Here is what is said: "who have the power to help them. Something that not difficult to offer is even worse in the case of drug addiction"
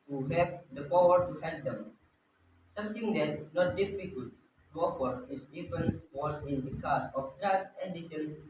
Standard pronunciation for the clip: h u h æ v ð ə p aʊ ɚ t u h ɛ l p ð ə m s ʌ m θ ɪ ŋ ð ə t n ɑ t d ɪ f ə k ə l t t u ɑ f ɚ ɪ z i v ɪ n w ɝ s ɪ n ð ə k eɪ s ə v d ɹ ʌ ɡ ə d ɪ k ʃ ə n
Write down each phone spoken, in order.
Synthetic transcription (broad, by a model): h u h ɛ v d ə p aʊ ɚ t u h ɛ l p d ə m s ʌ m t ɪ ŋ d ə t n ɑ t d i f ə k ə l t t u ɑ f ɚ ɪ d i f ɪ n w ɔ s ɪ n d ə k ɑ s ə f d ɹ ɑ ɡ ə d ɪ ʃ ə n